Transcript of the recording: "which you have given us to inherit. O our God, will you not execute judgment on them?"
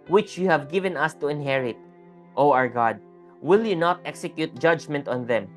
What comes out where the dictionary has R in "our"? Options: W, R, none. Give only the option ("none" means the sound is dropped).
R